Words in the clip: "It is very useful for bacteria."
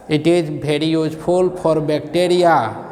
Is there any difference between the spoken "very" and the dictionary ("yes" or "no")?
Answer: yes